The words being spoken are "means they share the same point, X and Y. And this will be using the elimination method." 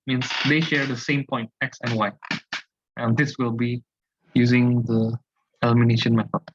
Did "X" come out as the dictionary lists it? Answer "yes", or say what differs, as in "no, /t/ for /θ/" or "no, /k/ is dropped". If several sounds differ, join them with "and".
yes